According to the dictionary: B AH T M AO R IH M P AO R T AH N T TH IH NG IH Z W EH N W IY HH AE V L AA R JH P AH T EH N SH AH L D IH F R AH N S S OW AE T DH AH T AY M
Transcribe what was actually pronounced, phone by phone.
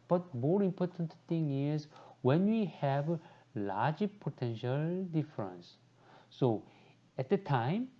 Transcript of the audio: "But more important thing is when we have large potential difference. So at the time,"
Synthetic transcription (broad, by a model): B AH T M AO R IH M P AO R T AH N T T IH NG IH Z W EH N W IY HH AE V L AA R JH P AH T EH N SH AH L D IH F R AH N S S OW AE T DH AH T AY M